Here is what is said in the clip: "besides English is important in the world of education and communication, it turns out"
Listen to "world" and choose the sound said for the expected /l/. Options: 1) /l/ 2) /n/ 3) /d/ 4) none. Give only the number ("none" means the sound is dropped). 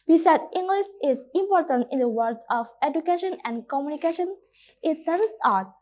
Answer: 4